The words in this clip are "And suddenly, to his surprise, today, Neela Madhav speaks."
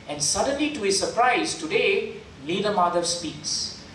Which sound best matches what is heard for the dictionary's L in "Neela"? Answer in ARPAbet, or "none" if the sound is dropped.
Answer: N